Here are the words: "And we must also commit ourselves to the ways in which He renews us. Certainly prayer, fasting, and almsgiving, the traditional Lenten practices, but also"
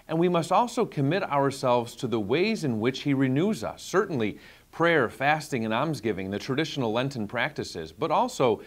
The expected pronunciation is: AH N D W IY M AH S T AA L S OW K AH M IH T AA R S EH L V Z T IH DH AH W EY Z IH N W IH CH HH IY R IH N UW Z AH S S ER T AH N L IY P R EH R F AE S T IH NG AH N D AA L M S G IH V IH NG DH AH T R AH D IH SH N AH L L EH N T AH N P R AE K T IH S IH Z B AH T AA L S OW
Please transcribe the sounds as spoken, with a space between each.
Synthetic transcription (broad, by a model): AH N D W IY M AH S T AA L S OW K AH M IH T AA R S EH L V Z T IH DH AH W EY Z IH N W IH CH HH IY R IH N UW Z AH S S ER T N L IY P R EH R F AE S T IH NG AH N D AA M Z G IH V IH NG DH AH T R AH D IH SH N L L EH N T AH N P R AE K T IH S IH Z B AH T AA L S OW